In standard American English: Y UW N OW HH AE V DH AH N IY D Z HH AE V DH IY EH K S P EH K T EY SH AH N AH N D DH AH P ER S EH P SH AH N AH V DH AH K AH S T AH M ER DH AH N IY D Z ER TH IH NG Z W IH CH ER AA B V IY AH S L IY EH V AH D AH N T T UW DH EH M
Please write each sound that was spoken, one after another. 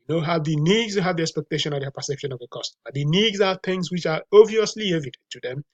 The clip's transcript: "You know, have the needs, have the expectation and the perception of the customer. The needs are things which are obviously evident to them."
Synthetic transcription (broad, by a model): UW N OW HH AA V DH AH N IY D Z HH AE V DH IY EH K S P EH K T EY SH AH N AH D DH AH P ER S EH P SH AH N AH V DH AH K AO S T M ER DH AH N IY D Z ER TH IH NG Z W IH CH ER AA V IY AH S L IY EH V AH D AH N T T UW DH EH M